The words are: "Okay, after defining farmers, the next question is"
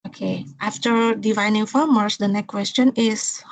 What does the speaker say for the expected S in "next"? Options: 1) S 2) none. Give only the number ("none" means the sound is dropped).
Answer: 2